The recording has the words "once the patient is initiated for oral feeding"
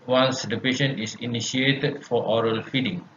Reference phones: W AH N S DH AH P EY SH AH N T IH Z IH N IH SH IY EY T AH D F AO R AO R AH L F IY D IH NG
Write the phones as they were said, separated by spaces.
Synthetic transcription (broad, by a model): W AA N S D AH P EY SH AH N IH S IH N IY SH IY EY T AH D F AO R AO R AH L F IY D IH NG